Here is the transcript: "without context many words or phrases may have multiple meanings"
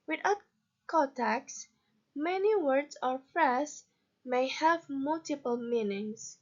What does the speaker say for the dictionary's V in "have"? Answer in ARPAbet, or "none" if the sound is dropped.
V